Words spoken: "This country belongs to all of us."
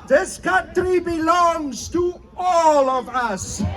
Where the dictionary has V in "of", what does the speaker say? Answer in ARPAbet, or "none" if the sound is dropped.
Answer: V